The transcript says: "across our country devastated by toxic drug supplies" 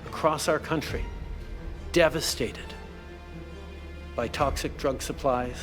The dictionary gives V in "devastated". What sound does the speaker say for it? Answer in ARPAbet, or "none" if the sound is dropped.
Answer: V